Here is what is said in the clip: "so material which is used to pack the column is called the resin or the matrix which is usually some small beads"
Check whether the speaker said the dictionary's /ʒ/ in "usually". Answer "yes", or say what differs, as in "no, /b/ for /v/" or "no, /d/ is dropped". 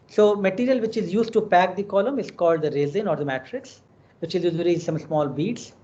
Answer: no, /z/ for /ʒ/